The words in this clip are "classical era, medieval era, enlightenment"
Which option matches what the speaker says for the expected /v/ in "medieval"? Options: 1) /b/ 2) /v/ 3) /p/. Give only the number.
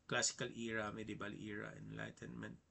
1